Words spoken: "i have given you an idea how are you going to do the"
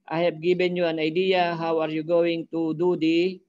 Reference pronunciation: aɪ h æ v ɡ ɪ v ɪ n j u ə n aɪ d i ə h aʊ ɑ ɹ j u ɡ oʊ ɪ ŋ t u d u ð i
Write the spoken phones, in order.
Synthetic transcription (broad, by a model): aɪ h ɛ p ɡ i b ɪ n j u ə n aɪ d i ə h aʊ ɑ ɹ j u ɡ oʊ ɪ ŋ t u d u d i